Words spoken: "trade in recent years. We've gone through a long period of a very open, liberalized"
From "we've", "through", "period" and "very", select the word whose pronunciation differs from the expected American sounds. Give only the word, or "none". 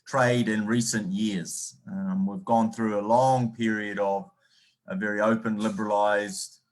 none